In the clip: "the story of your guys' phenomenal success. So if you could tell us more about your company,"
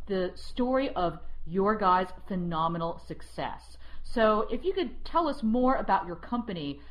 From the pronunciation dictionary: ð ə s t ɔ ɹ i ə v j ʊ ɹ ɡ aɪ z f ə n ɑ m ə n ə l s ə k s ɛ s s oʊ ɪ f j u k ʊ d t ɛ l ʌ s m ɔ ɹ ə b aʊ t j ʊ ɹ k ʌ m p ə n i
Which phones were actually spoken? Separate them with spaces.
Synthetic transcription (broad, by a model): ð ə s t ɔ ɹ i ə v j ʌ ɹ ɡ aɪ z f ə n ɑ m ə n l s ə k s ɛ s s oʊ ɪ f j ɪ k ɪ d t ɛ l ʌ s m ɔ ɹ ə b aʊ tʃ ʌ ɹ k ʌ m p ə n i